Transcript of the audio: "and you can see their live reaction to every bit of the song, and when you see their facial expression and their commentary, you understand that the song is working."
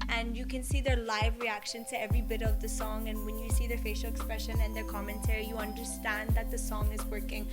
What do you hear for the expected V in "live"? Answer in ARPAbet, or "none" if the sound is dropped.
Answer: V